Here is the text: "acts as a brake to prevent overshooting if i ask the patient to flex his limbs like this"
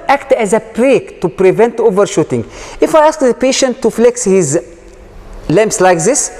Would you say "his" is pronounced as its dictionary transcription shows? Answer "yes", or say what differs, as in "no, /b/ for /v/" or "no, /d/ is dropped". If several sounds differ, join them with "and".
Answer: yes